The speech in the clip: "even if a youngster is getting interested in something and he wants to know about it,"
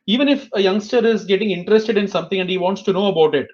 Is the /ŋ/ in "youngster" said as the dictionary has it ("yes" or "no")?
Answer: yes